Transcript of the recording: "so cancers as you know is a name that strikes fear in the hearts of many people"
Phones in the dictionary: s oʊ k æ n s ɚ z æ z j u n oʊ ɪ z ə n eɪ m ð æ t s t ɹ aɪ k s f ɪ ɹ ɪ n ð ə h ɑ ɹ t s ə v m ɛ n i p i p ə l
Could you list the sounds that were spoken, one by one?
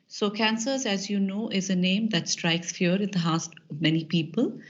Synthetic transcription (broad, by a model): s oʊ k æ n s ɚ z æ z j u n oʊ ɪ z ə n eɪ m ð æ t s t ɹ aɪ k s f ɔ ɹ ɪ n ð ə h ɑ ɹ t ə v m ɛ n i p i p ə l